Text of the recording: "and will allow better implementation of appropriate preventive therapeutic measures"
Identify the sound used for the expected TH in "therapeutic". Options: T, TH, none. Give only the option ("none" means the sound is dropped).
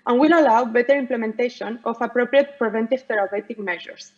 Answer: T